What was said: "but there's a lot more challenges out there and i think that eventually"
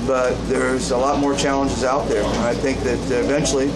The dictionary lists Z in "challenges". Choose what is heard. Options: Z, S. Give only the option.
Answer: Z